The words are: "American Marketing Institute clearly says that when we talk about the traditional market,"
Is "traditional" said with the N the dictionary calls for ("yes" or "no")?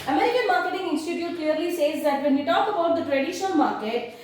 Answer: no